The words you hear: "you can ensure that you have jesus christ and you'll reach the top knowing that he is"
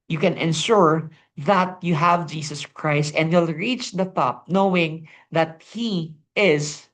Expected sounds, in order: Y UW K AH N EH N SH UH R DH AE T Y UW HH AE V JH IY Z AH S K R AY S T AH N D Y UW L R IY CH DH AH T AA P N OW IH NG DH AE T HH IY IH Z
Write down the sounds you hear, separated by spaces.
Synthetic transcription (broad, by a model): Y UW K AH N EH N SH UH R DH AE T Y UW HH AE V JH IY S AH S K R AY S T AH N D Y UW L R IY CH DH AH T AA P N OW IH NG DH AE T HH IY IH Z